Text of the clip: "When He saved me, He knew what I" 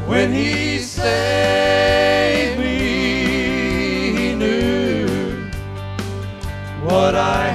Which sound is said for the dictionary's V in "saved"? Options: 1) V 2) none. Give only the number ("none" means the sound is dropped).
2